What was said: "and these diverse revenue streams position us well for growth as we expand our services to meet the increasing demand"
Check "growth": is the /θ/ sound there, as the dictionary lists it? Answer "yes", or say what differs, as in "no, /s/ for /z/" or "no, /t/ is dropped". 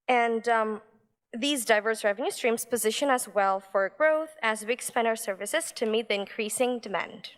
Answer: yes